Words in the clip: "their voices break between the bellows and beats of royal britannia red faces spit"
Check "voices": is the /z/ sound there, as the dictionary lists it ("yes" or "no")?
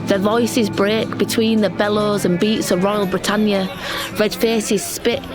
yes